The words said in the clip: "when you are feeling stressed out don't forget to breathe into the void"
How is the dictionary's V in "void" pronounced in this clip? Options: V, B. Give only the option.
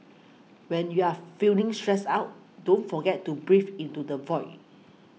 V